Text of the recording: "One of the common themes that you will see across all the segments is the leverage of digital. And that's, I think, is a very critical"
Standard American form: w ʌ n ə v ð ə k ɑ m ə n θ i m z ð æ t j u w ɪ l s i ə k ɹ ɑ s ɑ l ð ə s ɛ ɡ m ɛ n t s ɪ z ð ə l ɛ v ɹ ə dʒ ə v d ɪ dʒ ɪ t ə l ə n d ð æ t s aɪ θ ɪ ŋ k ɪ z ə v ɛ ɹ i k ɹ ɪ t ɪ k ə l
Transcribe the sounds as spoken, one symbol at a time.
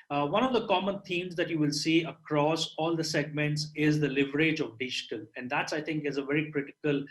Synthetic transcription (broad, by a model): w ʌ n ə v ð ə k ɑ m ə n t i m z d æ t j u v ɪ l s i ə k ɹ ɑ s ɑ l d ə s ɛ ɡ m ɛ n t s ɪ z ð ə l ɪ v ɹ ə dʒ ə v d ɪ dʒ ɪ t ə l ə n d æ t s aɪ t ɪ ŋ k ɪ z ə v ɛ ɹ i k ɹ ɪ t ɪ k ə l